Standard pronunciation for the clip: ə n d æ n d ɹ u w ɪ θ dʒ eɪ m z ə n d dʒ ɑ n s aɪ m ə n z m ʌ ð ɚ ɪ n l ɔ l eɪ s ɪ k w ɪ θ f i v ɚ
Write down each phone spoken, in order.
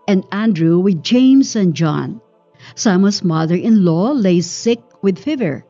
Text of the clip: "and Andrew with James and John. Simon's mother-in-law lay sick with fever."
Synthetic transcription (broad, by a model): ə n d æ n d ɹ u w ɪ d dʒ eɪ m s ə n dʒ ɑ n s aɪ m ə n s m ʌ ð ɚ ɪ n l ɔ l eɪ s ɪ k w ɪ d f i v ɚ